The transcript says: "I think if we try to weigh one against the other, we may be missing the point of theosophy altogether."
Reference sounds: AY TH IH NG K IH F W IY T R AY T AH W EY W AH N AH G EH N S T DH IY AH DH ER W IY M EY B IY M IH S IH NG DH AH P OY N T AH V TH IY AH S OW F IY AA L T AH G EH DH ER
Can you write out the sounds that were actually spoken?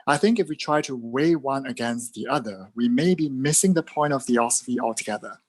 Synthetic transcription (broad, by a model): AY TH IH NG K IH F W IY T R AY T AH W EY W AH N AH G EH N S T DH IY AH DH ER W IY M EY B IY M IH S IH NG DH AH P OY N T AH V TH IY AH S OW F IY AA L T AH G EH DH ER